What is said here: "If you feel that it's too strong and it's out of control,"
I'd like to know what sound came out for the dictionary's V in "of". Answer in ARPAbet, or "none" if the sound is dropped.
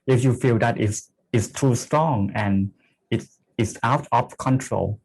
P